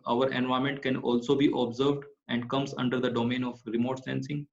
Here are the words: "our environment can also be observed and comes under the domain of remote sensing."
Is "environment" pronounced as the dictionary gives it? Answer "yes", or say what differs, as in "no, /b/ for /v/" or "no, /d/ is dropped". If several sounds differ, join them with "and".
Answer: no, /ɹ/ is dropped and /n/ is dropped